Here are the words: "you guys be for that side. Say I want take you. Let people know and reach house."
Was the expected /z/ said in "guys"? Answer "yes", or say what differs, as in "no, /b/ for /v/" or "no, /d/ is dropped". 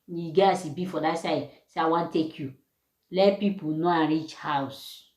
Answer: no, /s/ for /z/